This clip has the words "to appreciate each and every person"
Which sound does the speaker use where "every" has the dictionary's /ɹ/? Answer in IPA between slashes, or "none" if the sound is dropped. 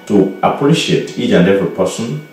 none